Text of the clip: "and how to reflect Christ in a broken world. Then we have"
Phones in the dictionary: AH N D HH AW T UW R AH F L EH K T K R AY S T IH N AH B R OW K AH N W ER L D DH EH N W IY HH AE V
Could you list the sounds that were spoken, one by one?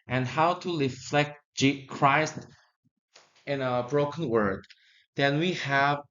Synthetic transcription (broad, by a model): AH N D HH AW T UW R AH F L EH K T K R AY S T IH N AH B R OW K AH N W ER D DH EH N W IY HH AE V